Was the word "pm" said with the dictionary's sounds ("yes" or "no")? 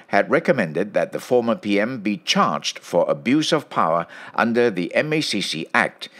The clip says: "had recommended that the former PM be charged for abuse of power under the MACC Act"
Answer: yes